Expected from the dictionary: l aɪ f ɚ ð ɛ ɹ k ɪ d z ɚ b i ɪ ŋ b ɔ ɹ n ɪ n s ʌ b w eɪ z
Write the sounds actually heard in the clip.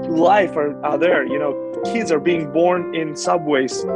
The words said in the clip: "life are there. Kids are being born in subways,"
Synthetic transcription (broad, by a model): l aɪ f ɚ ð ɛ ɹ k ɪ d z ɚ b i ɪ ŋ b ɔ ɹ n ɪ n s ʌ b w eɪ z